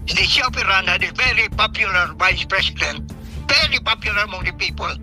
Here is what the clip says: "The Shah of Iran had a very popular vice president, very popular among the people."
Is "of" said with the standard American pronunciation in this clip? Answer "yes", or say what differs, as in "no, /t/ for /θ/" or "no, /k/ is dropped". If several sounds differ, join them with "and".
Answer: no, /p/ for /v/